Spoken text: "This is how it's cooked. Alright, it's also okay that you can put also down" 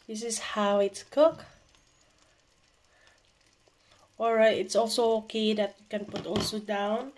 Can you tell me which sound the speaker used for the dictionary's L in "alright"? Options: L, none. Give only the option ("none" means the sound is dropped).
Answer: none